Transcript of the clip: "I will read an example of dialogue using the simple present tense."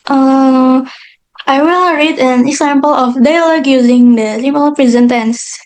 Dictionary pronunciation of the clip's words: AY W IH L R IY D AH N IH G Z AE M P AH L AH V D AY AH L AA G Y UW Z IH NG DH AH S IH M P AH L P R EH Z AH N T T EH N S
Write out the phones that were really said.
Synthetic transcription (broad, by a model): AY W IH L R IY D AH N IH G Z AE M P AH L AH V D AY L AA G Y UW Z IH NG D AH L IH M AH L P R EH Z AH N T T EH N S